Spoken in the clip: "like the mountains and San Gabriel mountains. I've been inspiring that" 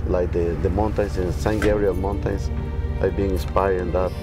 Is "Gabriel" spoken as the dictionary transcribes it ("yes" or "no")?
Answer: no